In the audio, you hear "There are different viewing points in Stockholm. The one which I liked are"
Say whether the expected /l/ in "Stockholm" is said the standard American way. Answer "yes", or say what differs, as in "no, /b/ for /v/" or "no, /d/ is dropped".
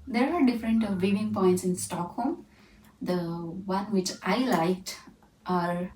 yes